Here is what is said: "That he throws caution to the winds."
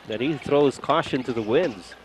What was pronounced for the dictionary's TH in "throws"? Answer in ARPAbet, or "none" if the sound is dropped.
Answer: TH